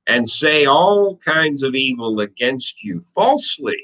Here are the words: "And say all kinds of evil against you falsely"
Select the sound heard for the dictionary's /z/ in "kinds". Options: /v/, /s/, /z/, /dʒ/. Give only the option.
/z/